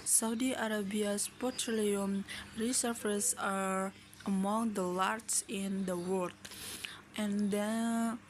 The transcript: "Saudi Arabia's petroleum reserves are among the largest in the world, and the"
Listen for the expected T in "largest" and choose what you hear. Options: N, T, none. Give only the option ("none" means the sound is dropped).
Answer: none